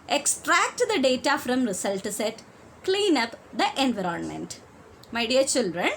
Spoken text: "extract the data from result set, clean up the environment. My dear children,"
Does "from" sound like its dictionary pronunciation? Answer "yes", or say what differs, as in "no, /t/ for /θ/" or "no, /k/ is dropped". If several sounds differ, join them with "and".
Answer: yes